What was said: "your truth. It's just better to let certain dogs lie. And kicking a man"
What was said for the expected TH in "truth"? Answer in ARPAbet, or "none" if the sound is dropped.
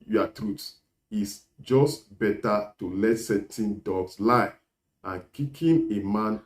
S